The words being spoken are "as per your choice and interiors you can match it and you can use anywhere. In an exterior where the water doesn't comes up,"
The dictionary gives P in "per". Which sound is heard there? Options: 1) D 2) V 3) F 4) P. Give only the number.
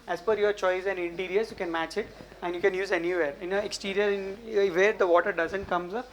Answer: 3